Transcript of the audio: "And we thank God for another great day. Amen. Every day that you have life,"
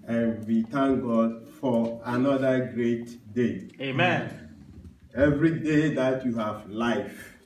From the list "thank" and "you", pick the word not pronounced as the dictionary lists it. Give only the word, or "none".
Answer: thank